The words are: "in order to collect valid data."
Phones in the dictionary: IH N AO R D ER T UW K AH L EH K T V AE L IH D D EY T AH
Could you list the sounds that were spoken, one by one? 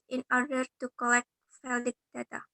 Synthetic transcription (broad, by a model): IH N AO R D ER T UW K AH L EH K T F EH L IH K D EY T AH